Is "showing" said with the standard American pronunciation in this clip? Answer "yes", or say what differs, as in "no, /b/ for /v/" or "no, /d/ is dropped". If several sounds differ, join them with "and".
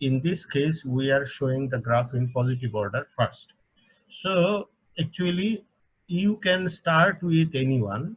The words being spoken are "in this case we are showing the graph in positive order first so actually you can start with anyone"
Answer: yes